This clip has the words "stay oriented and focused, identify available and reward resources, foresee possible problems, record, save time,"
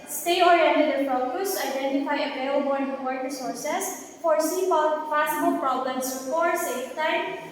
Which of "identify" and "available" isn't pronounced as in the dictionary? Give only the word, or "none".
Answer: available